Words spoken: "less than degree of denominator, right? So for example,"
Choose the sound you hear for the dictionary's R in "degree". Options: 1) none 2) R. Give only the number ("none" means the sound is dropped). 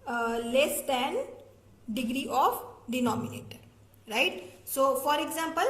2